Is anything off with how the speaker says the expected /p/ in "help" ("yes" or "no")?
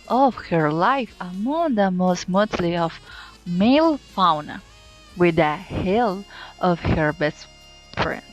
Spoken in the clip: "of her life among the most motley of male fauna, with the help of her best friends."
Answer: yes